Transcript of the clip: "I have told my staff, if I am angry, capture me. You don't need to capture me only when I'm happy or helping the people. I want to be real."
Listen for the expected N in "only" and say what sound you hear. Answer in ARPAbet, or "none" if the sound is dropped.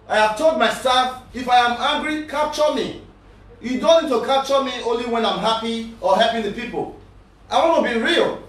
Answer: N